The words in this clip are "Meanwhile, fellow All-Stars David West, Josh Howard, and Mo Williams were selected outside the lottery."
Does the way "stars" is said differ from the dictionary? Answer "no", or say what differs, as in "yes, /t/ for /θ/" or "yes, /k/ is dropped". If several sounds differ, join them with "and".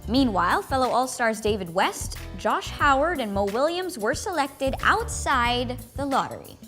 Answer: no